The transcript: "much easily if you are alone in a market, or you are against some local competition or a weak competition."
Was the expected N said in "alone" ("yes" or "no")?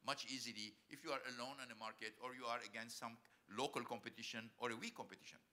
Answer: yes